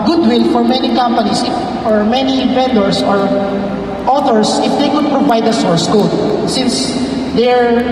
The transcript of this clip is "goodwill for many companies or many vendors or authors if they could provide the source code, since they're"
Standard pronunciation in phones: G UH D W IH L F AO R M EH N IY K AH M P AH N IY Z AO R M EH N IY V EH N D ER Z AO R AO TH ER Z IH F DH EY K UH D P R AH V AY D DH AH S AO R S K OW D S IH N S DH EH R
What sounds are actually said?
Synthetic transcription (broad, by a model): G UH D W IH L F AO R M EH N IY K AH M P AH N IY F AO R M EH N IY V EH N D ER S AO R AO T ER S IH F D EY K UH D P R AH V AY D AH S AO R S K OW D S IH N S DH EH R